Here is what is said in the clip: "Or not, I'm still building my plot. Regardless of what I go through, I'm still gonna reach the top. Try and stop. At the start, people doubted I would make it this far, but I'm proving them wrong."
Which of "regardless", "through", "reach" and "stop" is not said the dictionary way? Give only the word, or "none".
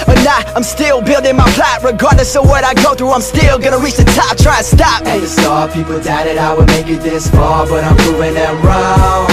regardless